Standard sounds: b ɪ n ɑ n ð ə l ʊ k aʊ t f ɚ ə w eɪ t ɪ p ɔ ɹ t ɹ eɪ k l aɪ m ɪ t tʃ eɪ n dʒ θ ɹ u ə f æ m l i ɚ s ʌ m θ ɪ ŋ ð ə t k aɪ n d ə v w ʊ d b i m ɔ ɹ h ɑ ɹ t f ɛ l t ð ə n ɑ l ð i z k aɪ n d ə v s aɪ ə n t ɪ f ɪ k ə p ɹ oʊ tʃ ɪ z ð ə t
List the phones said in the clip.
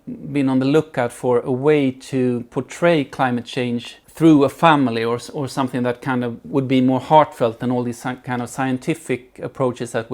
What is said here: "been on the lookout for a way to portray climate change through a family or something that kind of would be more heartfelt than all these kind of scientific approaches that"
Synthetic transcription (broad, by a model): b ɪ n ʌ n ð ə l ʊ k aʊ t f ɚ ə w eɪ t ɪ p ɔ ɹ t ɹ eɪ k l aɪ m ɪ t tʃ eɪ n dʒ θ ɹ u ə f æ m l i ɚ s ʌ m θ ɪ ŋ ð ə t k aɪ n d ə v w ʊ d b i m ɔ ɹ h ɑ ɹ t f ɛ l t ð ə n ɑ l ð i z k aɪ n d ə v s aɪ ə n t ɪ f ɪ k ə p ɹ oʊ tʃ ɪ z ð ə t